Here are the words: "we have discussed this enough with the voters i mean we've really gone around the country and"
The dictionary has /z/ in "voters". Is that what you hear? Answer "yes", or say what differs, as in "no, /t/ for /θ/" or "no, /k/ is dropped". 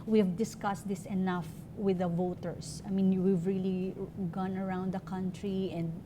no, /s/ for /z/